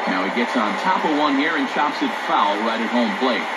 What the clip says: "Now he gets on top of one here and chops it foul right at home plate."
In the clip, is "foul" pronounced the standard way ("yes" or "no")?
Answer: yes